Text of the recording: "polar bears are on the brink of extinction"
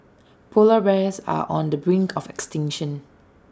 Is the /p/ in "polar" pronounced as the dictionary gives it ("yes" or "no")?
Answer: yes